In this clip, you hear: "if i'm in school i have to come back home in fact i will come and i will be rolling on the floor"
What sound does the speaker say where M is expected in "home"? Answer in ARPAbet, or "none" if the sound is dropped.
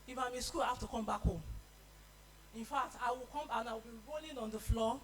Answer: none